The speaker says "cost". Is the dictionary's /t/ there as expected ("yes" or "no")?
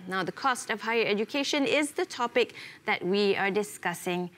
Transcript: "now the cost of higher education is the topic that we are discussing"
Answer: yes